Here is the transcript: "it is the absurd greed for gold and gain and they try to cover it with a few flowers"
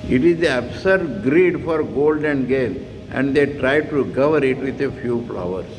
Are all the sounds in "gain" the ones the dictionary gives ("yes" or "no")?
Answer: no